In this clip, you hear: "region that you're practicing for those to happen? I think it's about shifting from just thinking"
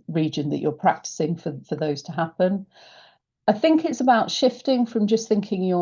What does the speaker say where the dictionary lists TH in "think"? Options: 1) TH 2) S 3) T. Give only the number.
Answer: 1